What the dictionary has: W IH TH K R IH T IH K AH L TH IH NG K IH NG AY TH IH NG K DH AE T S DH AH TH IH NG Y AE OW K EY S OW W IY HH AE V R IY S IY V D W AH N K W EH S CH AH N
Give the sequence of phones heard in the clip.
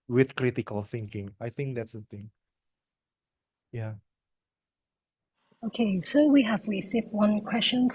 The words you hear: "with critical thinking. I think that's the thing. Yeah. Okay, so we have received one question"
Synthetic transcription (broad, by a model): W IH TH K R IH T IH K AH L TH IH NG K IH NG AY TH IH NG K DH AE T S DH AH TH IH NG Y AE OW K EY S OW W IY HH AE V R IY S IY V W AH N K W EH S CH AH N